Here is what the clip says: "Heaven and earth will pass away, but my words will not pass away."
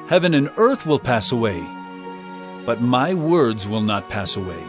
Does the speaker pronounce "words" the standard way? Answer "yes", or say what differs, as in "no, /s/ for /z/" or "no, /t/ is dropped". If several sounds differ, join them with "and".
yes